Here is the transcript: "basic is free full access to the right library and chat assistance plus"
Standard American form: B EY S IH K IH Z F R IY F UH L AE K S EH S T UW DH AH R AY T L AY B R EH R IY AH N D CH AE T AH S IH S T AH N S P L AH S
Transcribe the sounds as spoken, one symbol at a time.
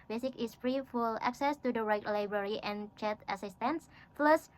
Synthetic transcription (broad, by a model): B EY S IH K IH S F R IY F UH L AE K S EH S T UW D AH R AY T L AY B R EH R IY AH N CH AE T AH S IH S T AH N S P L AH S